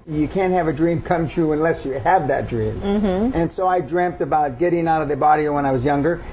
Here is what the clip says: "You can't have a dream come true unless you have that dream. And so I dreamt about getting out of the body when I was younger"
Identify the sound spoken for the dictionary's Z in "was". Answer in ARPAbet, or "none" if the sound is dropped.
Z